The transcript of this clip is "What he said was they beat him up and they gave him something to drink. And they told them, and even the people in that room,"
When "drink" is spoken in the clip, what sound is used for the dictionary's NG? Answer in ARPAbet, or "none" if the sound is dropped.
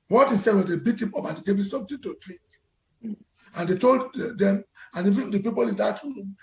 none